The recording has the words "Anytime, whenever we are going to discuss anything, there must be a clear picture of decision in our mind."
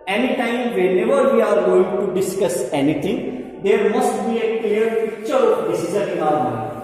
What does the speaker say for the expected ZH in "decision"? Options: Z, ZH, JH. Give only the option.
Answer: Z